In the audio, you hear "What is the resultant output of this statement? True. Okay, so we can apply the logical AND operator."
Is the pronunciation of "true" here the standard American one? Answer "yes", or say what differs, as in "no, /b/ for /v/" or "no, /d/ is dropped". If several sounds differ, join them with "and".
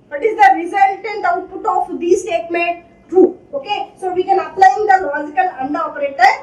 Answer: no, /ɹ/ is dropped